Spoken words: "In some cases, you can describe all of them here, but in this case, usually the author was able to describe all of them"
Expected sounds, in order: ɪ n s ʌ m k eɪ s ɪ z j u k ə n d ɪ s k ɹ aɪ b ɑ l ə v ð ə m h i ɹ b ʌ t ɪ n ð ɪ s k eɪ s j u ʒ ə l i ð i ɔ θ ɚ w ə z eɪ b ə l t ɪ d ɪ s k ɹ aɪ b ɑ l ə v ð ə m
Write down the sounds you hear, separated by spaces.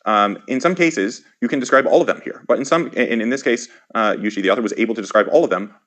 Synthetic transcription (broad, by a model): ɪ n s ʌ m k eɪ s ɪ z j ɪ k ə n d ɪ s k ɹ aɪ b ɑ l ə v ð ə m h i ɹ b ʌ t ɪ n ð ɪ s k eɪ s j u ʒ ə l i ð i ɔ θ ɚ w ə z eɪ b l t ɪ d ɪ s k ɹ aɪ b ɑ l ə v ð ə m